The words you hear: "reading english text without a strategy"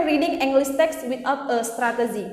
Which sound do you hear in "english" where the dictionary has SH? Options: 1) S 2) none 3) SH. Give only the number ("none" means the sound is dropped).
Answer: 1